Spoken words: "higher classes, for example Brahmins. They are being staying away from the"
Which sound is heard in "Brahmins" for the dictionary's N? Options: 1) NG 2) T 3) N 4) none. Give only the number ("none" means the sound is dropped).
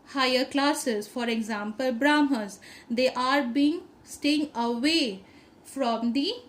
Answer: 4